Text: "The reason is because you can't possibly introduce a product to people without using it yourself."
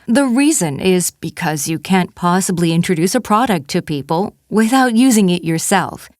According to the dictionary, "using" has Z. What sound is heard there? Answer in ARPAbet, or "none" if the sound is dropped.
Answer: Z